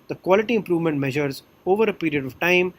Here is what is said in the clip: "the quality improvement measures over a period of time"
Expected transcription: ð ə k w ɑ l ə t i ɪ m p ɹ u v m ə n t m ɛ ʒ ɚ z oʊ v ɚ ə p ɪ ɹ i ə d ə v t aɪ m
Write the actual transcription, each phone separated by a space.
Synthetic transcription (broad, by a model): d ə k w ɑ l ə t i ɪ m p ɹ u v m ə n t m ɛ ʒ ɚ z oʊ v ɚ ə p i ɹ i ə d ə v t aɪ m